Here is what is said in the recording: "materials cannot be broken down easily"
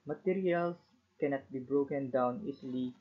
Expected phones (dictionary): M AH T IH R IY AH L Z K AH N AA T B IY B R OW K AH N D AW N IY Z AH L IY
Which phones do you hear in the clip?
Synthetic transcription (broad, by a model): M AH T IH R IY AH L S K AH N AA T B IY B R OW K AH N D AW N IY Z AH L IY